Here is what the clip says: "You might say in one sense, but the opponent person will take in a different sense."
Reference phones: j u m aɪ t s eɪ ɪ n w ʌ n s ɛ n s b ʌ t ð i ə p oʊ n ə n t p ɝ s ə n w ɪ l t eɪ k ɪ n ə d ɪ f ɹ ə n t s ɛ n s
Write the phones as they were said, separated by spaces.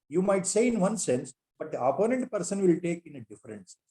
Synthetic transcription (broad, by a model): j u m aɪ t s eɪ ɪ n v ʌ n s ɛ n s b ʌ t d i ə p oʊ n ə n t p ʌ s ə n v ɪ l t eɪ k ɪ n ə d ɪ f ə t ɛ n s